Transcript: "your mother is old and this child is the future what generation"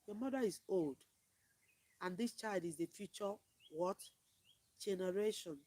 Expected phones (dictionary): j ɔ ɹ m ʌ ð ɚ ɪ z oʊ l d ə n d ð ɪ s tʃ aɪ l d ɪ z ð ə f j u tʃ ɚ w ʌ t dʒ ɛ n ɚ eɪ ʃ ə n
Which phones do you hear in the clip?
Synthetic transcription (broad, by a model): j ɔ m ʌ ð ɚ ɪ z oʊ l d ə n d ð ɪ s tʃ aɪ l d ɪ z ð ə f j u tʃ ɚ w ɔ t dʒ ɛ n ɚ eɪ ʃ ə n